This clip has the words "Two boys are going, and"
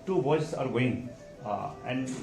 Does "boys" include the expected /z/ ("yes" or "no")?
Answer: no